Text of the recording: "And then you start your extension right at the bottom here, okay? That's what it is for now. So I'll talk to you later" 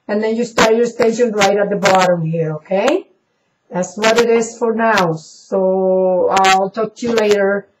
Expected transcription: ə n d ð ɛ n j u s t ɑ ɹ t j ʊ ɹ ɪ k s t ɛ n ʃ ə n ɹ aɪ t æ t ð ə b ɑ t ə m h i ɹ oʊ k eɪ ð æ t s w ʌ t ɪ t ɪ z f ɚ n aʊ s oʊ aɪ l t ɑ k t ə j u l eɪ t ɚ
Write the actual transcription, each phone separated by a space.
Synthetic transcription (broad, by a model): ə n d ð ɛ n j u s t ɑ ɹ t j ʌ ɹ s t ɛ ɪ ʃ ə n ɹ aɪ t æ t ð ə b ɑ t ə m h i ɹ oʊ k eɪ ð æ t s w ʌ t ɪ t ɪ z f ɚ n aʊ s oʊ aɪ l t ɑ k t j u l eɪ t ɚ